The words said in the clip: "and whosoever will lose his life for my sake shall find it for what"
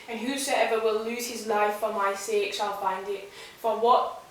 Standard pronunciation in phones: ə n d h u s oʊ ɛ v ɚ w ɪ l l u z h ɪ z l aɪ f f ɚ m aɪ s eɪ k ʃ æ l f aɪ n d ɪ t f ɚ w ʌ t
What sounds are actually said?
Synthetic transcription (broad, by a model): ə n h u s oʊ ɛ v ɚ w ɪ l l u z h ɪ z l aɪ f f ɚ m aɪ s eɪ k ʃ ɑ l f aɪ n d ɪ t f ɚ w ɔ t